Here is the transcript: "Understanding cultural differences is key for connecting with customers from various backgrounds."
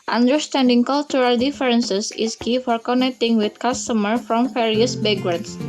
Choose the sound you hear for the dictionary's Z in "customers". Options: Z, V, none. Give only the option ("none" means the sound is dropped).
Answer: none